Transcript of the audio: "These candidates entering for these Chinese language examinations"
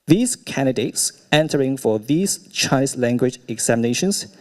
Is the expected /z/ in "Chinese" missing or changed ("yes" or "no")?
yes